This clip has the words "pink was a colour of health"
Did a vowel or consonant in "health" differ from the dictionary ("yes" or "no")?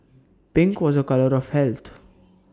yes